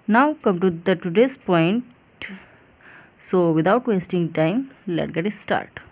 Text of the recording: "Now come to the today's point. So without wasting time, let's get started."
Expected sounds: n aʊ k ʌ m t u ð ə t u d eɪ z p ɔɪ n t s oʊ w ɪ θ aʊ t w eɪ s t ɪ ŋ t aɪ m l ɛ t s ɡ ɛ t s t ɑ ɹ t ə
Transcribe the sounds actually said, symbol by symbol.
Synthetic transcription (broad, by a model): n aʊ k ʌ m t u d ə t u d eɪ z p ɔɪ n t s oʊ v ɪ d aʊ t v eɪ s t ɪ ŋ t aɪ m l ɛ t ɡ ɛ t s t ɑ ɹ t